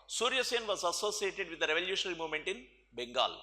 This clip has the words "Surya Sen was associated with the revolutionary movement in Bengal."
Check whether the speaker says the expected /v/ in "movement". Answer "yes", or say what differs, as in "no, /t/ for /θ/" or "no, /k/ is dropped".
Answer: yes